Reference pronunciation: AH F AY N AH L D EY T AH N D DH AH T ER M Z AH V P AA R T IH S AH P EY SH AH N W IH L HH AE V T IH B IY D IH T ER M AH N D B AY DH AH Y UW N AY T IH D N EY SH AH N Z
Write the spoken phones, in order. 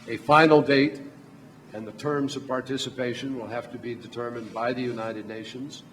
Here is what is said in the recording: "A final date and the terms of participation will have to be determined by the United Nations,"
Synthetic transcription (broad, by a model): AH F AY N L D EY T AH N DH AH T ER M Z AH V P AA R T IH S AH P EY SH AH N W IH L HH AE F T IH B IY D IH T ER M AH N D B AY DH AH Y UW N AY T IH D N EY SH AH N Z